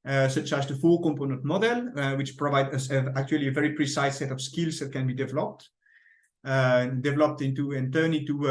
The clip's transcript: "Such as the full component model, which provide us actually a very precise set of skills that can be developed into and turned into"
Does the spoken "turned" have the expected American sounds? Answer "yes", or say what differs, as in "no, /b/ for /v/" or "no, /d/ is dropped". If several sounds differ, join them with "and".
no, /d/ is dropped